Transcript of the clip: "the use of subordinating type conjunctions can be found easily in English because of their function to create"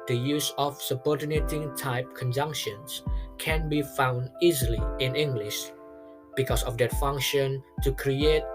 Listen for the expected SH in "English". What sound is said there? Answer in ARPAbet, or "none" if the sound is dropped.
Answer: SH